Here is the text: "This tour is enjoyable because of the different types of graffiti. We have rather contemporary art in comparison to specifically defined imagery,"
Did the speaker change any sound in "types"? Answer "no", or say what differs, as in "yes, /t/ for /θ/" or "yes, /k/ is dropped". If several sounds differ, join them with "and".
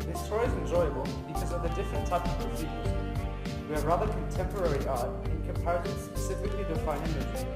yes, /s/ is dropped